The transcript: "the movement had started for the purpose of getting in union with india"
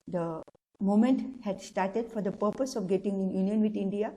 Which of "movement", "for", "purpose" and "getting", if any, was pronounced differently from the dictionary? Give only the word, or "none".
movement